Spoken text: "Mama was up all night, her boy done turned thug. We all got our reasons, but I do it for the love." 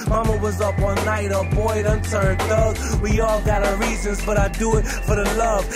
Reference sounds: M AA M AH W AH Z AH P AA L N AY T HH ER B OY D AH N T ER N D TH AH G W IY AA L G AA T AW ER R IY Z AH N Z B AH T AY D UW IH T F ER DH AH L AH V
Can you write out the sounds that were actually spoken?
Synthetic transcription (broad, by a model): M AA M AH W AH Z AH P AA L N AY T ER B OY D AH N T ER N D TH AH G W IY AA L G AA T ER R IY Z AH N Z B AH T AY D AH IH T F ER DH AH L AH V